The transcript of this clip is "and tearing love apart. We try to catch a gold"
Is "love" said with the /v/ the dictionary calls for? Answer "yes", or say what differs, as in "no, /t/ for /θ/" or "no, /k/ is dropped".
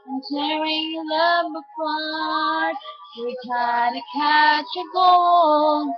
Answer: no, /b/ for /v/